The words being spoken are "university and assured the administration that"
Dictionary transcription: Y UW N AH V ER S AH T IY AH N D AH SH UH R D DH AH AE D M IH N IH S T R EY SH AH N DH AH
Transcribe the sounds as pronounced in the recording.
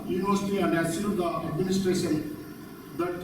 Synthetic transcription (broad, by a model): Y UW N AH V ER S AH T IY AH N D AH S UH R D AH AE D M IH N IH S T R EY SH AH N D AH